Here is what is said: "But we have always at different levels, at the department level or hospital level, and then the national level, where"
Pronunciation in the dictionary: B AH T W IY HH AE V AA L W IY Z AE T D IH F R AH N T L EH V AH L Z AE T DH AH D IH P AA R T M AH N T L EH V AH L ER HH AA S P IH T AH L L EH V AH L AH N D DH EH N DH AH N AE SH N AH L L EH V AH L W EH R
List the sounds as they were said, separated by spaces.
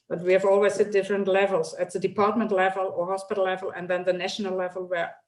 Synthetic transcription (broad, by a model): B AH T W IY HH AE V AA L W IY S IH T D IH F R AH N T L EH V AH L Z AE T DH AH D IH P AA R T M AH N T L EH V AH L ER HH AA S P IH T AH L L EH V AH L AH N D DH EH N DH AH N AE SH N AH L L EH V AH L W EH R